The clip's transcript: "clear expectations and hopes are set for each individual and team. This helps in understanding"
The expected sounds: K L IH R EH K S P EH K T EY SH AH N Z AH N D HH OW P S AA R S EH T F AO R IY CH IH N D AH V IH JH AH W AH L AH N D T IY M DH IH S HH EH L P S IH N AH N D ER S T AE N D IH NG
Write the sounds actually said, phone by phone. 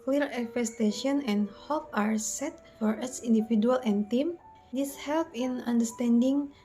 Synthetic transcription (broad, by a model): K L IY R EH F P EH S T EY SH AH N AH N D HH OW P AA R S EH T F AO R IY S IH N D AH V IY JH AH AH L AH N T IY M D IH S HH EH L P IH N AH N D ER S T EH N D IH NG